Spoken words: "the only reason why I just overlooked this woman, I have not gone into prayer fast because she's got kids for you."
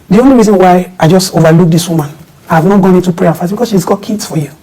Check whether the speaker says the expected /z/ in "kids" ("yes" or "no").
no